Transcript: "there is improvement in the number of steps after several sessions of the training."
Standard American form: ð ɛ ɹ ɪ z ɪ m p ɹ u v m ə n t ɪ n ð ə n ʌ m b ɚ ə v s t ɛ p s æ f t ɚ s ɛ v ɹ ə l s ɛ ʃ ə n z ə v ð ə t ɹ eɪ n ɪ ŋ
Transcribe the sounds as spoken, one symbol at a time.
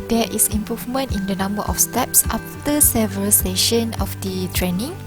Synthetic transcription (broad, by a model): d ɛ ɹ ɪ s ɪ m p ɹ u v m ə n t ɪ n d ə n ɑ m b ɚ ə f s t ɛ p s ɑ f t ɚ s ɛ v ɹ ə l s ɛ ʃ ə n ə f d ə t ɹ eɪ n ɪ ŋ